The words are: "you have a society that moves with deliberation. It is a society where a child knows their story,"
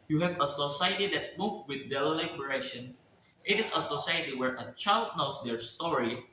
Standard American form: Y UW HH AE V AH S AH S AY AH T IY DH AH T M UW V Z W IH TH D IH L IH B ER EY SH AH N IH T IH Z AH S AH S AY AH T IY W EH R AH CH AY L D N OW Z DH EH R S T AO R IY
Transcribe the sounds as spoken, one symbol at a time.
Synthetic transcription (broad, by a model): Y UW HH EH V AH S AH S AY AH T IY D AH T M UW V W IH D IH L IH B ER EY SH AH N IH T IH S AH S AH S AY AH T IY W EH R AH CH AY L D N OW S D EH R S T AO R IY